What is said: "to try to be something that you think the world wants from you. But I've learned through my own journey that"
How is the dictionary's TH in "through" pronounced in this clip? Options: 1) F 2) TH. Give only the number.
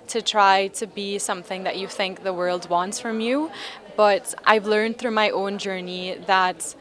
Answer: 2